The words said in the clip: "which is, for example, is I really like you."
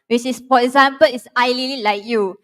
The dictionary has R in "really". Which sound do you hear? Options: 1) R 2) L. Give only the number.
2